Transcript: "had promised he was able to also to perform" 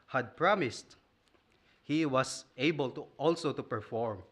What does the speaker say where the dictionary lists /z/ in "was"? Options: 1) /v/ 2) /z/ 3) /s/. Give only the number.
3